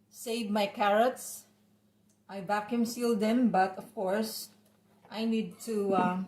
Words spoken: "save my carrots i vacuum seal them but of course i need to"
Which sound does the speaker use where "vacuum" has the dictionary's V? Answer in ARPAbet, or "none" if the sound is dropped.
B